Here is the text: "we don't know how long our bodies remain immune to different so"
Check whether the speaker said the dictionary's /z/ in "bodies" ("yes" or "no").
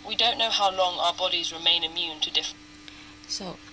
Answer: yes